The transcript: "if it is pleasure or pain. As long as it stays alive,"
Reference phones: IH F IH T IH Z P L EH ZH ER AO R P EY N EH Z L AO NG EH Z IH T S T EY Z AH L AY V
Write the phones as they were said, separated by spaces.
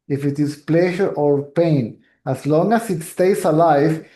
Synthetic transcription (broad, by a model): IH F IH T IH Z P L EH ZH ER AO R P EY N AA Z L AO NG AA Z IH T S T EY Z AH L AY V